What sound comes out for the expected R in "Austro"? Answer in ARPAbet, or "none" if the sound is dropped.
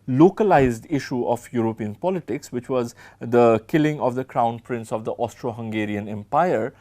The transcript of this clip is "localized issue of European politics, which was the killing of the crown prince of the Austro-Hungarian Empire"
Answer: R